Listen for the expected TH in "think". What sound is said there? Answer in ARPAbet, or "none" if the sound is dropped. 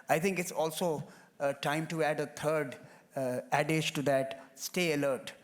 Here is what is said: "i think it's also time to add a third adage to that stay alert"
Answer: T